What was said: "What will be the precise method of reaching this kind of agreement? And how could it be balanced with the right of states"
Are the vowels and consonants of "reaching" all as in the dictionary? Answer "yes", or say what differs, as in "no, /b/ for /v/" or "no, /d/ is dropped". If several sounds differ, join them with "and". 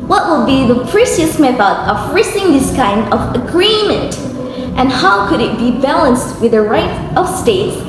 no, /s/ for /tʃ/